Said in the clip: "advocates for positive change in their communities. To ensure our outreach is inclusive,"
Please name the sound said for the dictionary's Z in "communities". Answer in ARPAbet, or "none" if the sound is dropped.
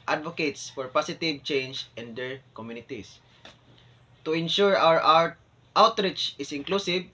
S